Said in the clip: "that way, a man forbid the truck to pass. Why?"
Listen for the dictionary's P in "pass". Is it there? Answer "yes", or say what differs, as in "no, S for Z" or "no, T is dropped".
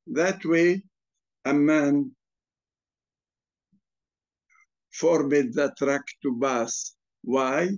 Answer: no, B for P